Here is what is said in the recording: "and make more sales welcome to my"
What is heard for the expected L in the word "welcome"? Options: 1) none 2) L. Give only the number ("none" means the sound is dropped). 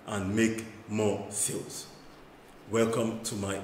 2